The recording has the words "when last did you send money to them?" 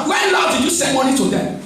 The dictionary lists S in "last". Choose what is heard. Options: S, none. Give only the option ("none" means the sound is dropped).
none